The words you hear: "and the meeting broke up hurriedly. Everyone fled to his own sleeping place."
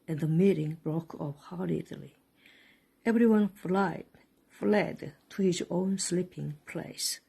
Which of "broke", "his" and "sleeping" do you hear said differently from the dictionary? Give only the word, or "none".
none